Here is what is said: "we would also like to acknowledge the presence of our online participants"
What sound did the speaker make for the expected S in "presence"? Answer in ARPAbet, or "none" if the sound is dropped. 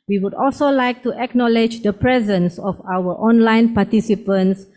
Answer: S